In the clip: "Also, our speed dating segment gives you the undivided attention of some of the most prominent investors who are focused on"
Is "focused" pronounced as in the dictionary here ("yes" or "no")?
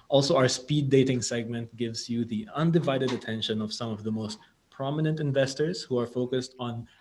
yes